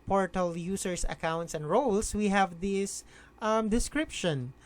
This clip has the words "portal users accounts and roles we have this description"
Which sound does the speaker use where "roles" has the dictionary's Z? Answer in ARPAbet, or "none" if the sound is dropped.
S